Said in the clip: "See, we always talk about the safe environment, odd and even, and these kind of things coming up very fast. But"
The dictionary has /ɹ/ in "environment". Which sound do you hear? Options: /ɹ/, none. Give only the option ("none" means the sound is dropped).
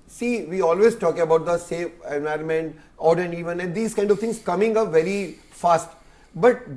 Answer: /ɹ/